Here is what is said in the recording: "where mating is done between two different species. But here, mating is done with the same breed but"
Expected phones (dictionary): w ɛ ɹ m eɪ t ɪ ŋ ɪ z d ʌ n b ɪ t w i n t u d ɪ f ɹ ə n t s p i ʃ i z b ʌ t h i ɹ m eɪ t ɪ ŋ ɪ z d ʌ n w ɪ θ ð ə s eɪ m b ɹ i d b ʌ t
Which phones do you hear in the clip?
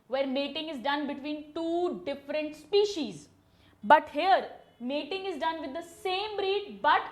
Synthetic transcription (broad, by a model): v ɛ ɹ m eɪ t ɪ ŋ ɪ z d ʌ n b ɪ t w i n t u d ɪ f ɹ ə n t s p i ʃ i z b ʌ t h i ɹ m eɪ t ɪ ŋ ɪ z d ʌ n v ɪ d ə s eɪ m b ɹ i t b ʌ t